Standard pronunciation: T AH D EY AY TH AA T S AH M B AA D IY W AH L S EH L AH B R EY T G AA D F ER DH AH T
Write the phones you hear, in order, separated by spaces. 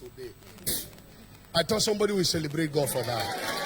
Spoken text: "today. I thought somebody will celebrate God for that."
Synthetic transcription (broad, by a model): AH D EY AY T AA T S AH M B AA D IY W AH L S EH L AH B R EY T G AA D F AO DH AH T